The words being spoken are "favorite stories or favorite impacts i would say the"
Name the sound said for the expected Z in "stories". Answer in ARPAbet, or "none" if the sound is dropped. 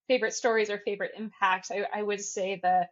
Z